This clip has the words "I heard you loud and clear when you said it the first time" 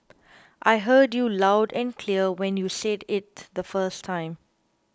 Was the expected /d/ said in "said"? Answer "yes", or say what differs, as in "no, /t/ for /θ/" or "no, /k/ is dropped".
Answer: yes